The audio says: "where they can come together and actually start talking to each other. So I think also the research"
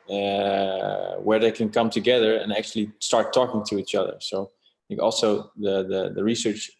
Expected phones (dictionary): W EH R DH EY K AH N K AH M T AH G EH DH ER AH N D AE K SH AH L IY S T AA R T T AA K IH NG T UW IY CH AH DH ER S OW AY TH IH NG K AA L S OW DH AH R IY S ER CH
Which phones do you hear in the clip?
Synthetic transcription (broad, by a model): W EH R DH EY K AH N K AH M T AH G EH DH ER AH N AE K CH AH L IY S T AA R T T AA K IH NG T UW IY CH AH DH ER S OW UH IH K AA L S OW DH AH R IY S ER CH